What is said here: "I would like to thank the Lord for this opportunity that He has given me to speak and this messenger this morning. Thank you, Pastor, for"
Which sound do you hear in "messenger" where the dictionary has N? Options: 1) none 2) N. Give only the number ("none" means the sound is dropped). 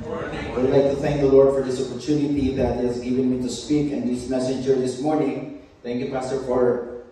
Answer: 1